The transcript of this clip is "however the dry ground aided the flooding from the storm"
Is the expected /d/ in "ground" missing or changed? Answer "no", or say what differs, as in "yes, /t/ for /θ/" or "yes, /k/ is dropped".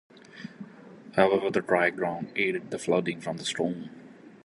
no